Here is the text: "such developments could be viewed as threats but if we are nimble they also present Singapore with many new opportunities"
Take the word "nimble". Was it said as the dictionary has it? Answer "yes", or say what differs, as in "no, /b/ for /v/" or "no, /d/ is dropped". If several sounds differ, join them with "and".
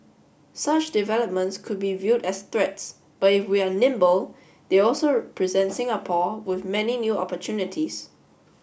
yes